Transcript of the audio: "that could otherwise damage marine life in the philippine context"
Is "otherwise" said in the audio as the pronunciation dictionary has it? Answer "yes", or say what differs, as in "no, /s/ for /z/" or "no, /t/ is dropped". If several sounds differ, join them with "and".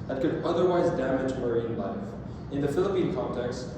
yes